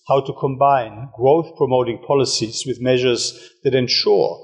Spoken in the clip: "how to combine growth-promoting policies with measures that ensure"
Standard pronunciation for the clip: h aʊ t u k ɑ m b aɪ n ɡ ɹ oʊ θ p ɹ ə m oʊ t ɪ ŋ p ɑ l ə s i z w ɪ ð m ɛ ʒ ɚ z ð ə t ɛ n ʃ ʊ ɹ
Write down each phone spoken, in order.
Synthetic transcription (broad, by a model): h aʊ t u k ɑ m b aɪ n ɡ ɹ oʊ θ p ɹ ə m oʊ t ɪ ŋ p ɑ l ə s i z w ɪ ð m ɛ ʒ ɚ z ð ə t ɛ n ʃ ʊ ɹ